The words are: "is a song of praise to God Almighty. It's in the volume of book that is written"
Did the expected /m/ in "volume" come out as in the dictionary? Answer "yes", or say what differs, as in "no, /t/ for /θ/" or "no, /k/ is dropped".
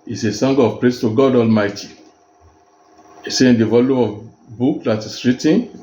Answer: no, /m/ is dropped